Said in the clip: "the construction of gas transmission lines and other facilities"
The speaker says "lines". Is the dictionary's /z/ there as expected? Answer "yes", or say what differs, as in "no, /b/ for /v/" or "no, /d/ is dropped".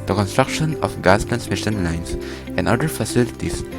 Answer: no, /s/ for /z/